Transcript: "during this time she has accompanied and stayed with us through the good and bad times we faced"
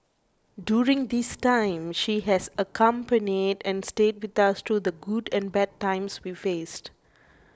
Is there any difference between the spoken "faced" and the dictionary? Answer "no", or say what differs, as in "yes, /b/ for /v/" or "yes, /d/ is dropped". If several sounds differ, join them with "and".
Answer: no